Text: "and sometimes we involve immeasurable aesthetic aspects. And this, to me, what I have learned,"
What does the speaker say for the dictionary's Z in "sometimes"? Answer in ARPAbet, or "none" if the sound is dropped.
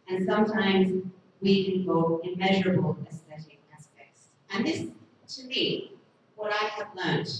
Z